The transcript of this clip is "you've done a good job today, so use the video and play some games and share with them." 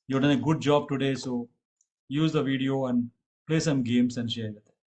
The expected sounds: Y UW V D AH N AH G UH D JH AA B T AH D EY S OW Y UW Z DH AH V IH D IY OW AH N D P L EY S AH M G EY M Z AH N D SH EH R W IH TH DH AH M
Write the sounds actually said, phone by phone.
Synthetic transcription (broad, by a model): Y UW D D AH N AH G UH D JH AA B T AH D EY S OW Y UW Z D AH V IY D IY OW AH N D P L EY S AH M G EY M S AH N D SH EH R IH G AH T